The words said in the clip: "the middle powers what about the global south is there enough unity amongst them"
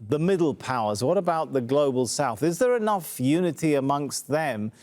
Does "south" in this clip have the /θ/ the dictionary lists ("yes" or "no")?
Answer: yes